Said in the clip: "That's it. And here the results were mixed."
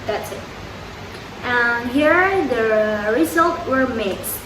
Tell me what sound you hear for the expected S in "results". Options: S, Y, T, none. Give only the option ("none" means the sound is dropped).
none